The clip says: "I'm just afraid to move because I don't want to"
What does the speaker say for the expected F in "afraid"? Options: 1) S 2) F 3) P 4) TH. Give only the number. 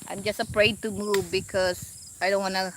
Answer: 3